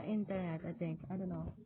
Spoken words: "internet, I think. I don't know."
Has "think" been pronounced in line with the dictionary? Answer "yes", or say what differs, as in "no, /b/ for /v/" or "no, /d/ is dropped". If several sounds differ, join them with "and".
no, /t/ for /θ/